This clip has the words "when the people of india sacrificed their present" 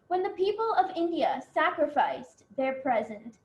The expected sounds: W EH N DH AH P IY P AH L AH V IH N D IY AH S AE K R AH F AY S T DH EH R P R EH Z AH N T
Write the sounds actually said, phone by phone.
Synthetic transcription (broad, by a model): W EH N DH AH P IY P AH L AH V IH N D IY AH S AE K R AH F AY S DH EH R P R EH Z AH N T